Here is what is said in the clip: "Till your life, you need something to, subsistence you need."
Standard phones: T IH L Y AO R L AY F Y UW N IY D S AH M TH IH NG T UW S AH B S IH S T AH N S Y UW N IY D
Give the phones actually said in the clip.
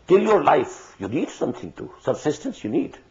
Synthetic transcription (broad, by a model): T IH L Y AO R L AY F Y UW N IY D S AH M T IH NG T UW S AH B S IH S T AH N S Y UW N IY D